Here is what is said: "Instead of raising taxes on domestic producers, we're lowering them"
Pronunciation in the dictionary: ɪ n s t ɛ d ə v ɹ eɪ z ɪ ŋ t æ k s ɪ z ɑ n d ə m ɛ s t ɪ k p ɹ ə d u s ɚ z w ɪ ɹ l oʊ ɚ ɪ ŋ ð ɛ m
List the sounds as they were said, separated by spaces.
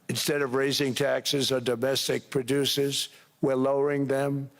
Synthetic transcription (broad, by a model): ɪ n s t ɛ d ə v ɹ eɪ z ɪ ŋ t æ k s ɪ z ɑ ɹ d ə m ɛ s t ɪ k p ɹ ə d u s ɚ z w ɪ ɹ l oʊ ɚ ɪ ŋ ð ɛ m